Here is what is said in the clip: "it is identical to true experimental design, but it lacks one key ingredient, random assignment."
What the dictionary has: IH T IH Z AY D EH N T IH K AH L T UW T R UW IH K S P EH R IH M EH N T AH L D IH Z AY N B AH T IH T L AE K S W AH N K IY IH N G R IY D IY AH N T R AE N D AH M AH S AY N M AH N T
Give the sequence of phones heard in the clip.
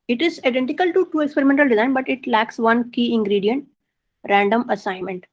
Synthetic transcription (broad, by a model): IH T IH Z AY D EH N T IH K AH L T UW T UW IH K S P EH R IH M EH N T AH L D IH Z AY N B AH T IH T L AE K S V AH N K IY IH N G R IY D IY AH N T R AE N D AH M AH S AY N M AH N T